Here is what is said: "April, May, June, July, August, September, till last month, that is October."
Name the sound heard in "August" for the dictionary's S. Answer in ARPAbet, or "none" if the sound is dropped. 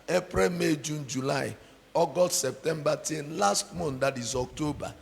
none